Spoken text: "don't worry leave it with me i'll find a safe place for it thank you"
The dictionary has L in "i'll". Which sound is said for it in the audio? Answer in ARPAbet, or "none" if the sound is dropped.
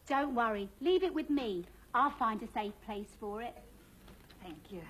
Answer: L